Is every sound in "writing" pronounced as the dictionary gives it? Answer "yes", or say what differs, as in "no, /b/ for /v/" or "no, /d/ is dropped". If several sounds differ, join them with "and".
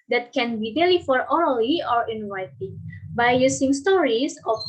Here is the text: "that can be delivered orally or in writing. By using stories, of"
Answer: no, /w/ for /ɹ/